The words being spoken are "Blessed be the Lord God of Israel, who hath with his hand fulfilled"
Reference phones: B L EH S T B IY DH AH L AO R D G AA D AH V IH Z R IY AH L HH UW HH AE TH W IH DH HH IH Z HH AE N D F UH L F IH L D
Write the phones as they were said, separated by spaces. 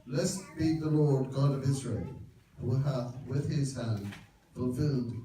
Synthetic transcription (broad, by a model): L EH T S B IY DH AH L AO R D G AA D AH V IH Z R IY AH L HH UW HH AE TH W IH DH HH IH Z HH AE N D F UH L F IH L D